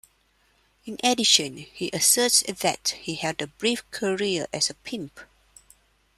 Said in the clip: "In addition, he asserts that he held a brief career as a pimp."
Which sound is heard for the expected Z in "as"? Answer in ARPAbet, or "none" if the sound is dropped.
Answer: S